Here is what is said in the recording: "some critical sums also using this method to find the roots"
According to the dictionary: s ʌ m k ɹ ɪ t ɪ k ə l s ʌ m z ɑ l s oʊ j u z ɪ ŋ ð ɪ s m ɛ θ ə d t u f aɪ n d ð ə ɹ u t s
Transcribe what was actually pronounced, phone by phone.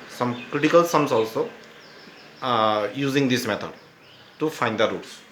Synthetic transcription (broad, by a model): s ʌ m k ɹ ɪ t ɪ k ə l s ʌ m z ɑ l s oʊ j u z ɪ ŋ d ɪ s m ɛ t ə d t u f aɪ n d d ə ɹ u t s